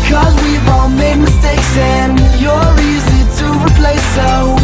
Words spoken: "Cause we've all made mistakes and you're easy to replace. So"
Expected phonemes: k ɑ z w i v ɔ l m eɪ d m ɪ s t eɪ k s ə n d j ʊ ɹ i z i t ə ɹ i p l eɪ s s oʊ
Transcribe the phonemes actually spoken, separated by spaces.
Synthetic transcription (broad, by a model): k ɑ z w i w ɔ n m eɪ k m ɪ s t eɪ k s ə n j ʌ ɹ i z i t ə ɹ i p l eɪ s s oʊ